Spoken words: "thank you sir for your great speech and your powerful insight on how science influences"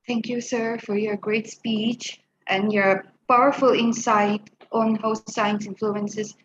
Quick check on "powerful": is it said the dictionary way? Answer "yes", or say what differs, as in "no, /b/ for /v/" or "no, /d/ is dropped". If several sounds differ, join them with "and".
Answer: yes